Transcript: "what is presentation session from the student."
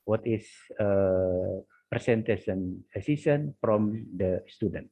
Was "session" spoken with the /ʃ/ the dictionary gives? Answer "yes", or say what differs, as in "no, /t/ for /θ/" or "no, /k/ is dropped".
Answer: no, /s/ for /ʃ/